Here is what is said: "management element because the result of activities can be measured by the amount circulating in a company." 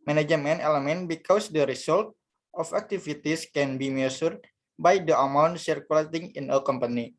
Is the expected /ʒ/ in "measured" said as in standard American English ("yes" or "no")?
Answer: no